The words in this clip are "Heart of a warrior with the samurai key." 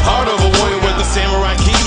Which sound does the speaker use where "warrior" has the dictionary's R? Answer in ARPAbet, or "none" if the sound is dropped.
none